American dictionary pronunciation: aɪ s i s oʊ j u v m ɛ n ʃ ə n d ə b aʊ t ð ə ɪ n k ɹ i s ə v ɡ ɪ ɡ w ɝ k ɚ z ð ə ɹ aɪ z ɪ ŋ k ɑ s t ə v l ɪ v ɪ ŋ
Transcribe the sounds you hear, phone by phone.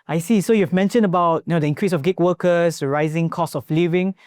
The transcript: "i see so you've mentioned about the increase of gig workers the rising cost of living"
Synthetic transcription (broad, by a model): aɪ s i s oʊ j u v m ɛ n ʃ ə n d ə b aʊ t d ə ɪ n k ɹ i s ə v ɡ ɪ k w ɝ k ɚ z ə ɹ aɪ z ɪ ŋ k ɑ s ə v l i v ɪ ŋ